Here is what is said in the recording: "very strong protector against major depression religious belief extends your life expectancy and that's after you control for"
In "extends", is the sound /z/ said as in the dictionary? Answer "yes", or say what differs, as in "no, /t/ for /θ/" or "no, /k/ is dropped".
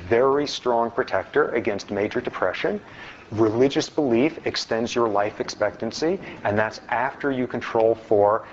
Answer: yes